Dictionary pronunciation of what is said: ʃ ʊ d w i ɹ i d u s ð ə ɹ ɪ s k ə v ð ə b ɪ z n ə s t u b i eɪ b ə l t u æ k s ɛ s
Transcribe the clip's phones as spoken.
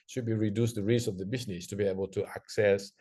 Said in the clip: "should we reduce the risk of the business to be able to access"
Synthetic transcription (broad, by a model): ʃ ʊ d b i ɹ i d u s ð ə ɹ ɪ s ə v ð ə b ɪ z n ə s t u b i eɪ b ə l t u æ k s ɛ s